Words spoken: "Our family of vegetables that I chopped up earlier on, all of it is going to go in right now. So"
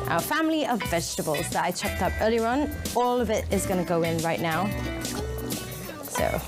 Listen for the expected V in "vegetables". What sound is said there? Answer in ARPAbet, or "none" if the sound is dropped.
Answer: V